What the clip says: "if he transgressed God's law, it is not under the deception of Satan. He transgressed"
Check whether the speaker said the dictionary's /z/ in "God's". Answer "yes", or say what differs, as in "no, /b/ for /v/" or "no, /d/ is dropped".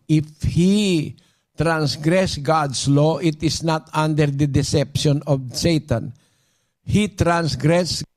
no, /s/ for /z/